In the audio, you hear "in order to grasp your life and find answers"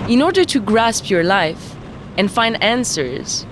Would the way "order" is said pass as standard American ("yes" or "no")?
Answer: yes